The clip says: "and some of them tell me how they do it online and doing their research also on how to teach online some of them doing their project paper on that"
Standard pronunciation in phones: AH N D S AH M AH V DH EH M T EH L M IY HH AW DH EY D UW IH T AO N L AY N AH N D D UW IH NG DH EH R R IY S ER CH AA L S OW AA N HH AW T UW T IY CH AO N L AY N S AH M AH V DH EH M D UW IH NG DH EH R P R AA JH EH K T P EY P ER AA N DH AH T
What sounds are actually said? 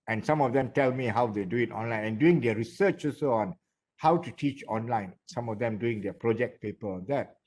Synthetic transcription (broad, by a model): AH N S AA M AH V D EH M T EH L M IY HH AW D EY D UW IH T AO N L AY N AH N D D UW IH NG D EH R R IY S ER CH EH S OW AA N HH AW T UW T IY CH AO N L AY N S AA M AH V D EH M D UW IH NG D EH P R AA JH EH K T P EY P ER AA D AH T